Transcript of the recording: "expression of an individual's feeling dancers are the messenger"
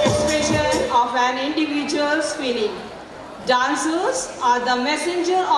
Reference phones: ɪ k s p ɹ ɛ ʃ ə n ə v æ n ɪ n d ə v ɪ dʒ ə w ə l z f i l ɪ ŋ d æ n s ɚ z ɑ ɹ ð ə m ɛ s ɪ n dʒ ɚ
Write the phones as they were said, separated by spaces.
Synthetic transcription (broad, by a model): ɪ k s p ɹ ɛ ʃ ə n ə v æ n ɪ n d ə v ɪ dʒ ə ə l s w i n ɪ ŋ d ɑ n s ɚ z ɑ ɹ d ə m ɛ s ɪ n dʒ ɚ